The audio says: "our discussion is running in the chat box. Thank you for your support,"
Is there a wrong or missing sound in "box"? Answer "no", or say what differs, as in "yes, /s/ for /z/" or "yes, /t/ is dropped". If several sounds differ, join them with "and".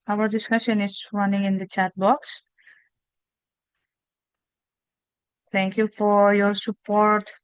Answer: no